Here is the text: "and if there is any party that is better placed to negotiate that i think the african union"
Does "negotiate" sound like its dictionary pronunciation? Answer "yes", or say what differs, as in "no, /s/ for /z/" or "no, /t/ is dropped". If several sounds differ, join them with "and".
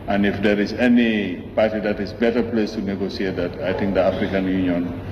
no, /s/ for /ʃ/